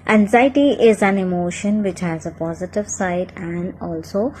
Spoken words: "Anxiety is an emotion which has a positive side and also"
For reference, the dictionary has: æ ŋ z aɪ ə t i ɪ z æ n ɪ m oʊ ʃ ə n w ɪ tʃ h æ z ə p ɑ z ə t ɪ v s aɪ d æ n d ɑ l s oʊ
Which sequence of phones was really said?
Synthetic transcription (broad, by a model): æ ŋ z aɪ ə t i ɪ z æ n ɪ m oʊ ʃ ə n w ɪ tʃ h æ z ə p ɑ z ə t ɪ v s aɪ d æ n d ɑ l s oʊ